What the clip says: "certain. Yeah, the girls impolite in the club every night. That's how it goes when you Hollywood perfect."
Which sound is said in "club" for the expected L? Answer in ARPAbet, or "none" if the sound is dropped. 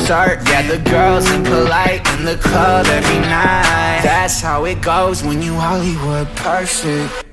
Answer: none